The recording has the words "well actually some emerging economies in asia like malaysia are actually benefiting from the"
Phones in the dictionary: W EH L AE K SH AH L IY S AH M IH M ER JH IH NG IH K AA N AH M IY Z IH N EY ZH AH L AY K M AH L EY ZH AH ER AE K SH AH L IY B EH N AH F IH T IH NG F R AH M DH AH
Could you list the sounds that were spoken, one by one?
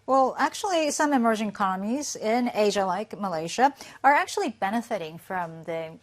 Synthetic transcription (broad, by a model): W EH L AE K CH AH L IY S AH M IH M ER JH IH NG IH K AA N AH M IY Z IH N EY ZH AH L AY K M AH L EY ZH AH ER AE K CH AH L IY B EH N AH F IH T IH NG F R AH M DH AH